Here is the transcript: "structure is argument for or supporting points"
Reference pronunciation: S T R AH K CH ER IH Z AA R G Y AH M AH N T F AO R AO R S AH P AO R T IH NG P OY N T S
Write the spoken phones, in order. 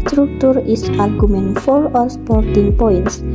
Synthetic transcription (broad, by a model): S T R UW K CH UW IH S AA R G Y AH M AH N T F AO L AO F S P AO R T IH NG P OY N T S